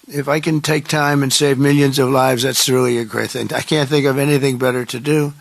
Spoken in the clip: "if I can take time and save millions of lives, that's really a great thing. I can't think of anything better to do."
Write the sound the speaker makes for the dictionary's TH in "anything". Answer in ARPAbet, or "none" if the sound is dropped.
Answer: TH